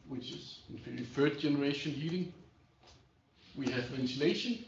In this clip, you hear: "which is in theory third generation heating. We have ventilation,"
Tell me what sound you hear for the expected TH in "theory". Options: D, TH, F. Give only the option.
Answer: F